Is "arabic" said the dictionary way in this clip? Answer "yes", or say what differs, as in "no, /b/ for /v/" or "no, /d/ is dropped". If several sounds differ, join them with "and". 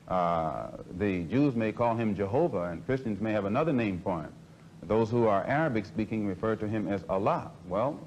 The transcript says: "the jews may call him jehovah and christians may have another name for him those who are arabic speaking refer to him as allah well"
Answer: yes